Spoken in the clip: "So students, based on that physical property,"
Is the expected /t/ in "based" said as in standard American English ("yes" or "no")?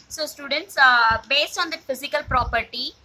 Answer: yes